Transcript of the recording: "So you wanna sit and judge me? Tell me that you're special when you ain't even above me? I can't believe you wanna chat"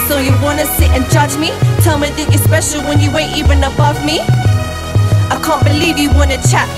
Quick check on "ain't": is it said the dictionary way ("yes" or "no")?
no